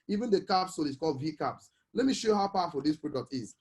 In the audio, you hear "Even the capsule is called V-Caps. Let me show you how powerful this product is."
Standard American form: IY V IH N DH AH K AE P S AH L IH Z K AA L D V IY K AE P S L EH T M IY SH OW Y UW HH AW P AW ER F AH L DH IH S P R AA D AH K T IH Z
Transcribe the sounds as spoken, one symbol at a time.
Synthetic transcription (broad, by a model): IY V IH N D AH K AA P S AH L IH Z K AA L D V IY K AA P S L EH T M IY SH OW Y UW HH AW P AW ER F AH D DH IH S P R AA D AH K T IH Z